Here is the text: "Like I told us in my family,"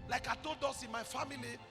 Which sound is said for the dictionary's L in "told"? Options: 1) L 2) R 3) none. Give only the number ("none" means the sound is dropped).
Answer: 3